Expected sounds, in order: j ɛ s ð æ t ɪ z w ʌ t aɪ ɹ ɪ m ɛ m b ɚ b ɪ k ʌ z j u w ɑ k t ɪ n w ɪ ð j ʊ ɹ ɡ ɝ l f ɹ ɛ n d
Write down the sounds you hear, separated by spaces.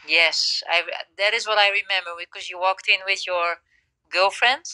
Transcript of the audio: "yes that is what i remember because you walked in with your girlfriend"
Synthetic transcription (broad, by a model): j ɛ s ð æ t ɪ z w ʌ t aɪ ɹ ɪ m ɛ m b ɚ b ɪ k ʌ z j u w ɑ k t ɪ n w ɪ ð j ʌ ɹ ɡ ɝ l f ɹ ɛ n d